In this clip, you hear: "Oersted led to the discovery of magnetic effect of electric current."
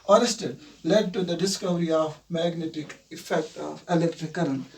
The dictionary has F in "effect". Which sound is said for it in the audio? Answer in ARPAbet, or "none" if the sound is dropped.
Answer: F